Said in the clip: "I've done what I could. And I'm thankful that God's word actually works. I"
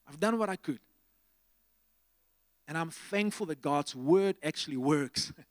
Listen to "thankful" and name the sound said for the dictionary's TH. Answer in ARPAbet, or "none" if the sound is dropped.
TH